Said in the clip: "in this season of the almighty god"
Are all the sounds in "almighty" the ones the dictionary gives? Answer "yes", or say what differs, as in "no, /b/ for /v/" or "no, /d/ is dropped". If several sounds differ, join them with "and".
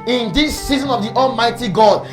yes